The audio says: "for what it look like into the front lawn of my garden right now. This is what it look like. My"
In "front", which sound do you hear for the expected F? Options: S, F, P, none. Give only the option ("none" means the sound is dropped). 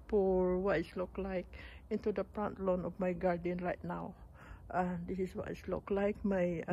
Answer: P